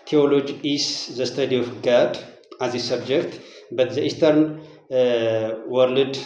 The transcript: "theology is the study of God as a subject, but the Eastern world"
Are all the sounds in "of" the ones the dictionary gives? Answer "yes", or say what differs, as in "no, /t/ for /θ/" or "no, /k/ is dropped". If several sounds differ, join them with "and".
no, /f/ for /v/